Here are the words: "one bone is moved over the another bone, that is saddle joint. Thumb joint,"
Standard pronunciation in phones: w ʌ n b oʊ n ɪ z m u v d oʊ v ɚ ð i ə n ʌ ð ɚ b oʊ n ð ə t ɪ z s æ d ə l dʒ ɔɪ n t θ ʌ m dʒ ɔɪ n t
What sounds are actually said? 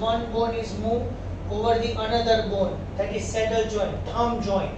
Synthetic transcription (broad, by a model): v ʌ n b oʊ n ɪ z m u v oʊ v ɚ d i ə n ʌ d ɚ b oʊ n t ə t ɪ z s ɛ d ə l dʒ ɔɪ n t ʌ m dʒ ɔɪ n